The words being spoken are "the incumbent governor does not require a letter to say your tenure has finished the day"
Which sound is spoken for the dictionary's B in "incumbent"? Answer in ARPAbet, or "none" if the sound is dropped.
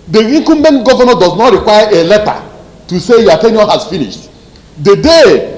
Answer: none